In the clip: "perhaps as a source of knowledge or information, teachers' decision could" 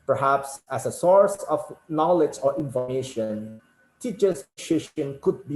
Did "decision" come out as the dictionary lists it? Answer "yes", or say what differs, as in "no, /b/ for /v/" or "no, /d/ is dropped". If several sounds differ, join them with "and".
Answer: no, /ʃ/ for /ʒ/